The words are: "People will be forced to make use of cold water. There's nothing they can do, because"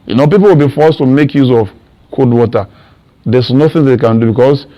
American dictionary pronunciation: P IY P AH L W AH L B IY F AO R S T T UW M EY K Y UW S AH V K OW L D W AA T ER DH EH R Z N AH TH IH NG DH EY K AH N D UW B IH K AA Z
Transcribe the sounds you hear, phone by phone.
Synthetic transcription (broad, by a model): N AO P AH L W AH L B IY F AO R S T T UW M EY K Y UW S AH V K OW D W AA T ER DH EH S N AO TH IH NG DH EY K AH N D UW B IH K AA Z